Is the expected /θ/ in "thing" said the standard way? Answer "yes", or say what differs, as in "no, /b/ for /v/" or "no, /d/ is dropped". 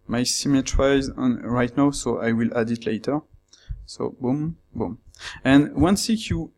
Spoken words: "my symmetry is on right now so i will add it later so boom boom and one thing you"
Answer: no, /s/ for /θ/